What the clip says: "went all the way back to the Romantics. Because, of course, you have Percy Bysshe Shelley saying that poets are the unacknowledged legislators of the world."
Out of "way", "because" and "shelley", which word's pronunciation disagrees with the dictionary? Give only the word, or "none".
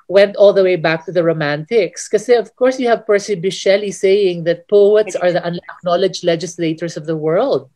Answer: because